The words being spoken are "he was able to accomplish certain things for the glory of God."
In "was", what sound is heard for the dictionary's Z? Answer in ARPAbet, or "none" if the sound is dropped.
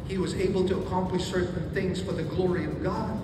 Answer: Z